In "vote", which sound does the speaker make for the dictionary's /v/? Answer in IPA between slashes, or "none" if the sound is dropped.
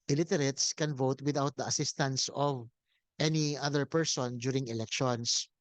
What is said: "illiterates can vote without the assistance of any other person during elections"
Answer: /v/